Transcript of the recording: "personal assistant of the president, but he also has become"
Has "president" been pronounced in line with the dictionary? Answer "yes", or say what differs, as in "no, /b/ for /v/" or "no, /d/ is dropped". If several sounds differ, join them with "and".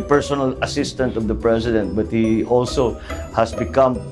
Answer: no, /s/ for /z/